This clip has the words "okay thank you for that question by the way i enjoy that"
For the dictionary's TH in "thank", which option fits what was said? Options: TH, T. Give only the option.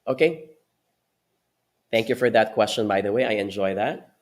TH